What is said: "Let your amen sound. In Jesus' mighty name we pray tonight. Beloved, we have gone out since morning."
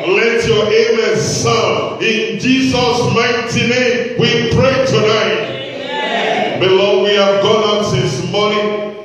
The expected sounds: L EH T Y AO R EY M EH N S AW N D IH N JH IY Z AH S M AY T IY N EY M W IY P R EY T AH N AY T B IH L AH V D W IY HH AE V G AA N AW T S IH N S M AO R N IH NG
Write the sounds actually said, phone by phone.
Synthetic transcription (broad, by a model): L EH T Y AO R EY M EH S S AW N IH N JH IY Z AH S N AY T IY N EY M W IY P R EY T AH N AY T B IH L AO W IY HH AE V G AA N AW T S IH S M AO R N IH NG